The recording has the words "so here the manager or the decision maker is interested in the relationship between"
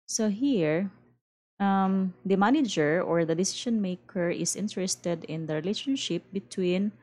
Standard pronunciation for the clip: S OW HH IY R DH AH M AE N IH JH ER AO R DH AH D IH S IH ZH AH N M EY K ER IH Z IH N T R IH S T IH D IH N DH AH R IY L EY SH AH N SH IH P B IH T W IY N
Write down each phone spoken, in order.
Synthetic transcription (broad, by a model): S OW HH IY R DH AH M AE N IH JH ER AO R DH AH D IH S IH SH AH N M EY K ER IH S IH N T R IH S T IH D IH N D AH R IY L EY SH AH N SH IH P B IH T W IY N